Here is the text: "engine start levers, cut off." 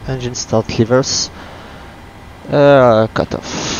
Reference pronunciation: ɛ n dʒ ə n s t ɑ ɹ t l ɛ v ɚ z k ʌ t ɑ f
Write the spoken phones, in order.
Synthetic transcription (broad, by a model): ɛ n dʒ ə n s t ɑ l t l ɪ v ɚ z k ʌ t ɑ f